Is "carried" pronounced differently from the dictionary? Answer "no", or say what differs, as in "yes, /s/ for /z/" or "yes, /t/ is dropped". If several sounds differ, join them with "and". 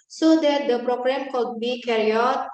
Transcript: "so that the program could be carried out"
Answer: yes, /d/ is dropped